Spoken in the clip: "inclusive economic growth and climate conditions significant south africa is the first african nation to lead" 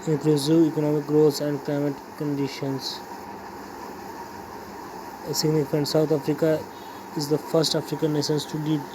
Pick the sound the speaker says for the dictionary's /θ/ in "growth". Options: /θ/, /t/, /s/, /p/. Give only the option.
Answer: /s/